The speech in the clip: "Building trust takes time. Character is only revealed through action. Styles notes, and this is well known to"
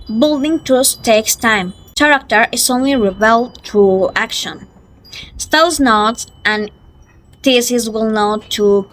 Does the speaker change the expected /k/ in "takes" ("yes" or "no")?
no